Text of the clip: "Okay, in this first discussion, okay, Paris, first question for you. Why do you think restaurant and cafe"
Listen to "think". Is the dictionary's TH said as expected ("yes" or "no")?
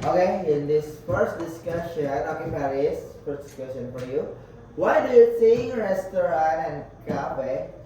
no